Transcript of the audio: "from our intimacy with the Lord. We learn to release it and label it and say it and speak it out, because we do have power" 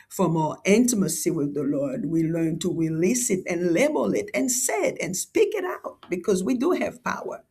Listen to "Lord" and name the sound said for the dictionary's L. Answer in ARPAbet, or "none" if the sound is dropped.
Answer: L